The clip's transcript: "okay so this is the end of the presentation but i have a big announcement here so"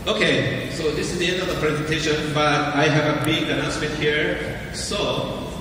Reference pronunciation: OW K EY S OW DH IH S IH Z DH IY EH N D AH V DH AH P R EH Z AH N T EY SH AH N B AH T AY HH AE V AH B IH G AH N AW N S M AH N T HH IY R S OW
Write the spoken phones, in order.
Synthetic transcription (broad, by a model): OW K EY S OW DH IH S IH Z DH IY EH N D AH V DH AH P R EH Z AH N T EY SH AH N B AH T AY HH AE V AH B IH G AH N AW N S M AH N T HH IY R S OW